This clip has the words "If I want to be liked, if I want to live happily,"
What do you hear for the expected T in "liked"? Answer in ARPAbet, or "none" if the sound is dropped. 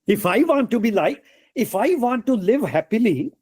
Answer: none